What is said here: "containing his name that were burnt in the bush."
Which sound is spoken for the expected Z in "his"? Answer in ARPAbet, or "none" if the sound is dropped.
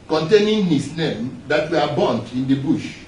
S